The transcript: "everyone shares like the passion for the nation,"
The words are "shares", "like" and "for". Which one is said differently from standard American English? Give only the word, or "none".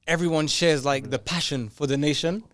none